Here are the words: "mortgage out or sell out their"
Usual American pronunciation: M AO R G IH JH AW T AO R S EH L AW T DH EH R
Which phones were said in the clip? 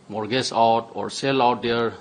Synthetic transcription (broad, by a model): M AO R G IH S AW T AO R S EH L AW T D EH R